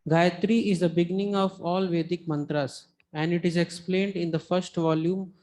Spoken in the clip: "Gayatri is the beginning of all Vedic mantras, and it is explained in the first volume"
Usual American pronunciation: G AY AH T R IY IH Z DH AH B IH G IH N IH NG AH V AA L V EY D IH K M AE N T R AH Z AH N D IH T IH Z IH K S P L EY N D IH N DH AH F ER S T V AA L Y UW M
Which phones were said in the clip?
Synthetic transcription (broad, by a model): G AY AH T R IY IH Z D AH B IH G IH N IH NG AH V AA L V EY D IH K M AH N T R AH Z AH N D IH T IH Z IH K S P L EY N D IH N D AH F ER S T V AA L Y UW M